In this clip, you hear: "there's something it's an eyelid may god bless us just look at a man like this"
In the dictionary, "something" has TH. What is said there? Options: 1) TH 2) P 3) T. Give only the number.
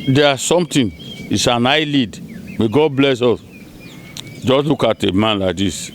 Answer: 3